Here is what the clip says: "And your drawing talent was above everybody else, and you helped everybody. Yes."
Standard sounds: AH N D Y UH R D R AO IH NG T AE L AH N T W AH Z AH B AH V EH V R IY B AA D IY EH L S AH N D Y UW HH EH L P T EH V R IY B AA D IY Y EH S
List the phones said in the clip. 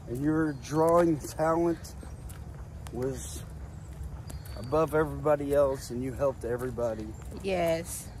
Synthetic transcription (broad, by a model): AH N Y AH R D R AO IH NG T AE L AH N T W AH Z AH B AH V EH V R IY B AA D IY EH L S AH N Y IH HH EH L P T EH V R IY B AA D IY Y EH S